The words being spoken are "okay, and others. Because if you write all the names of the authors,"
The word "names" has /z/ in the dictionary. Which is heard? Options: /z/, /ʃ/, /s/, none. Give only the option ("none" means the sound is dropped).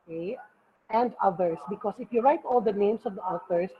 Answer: /s/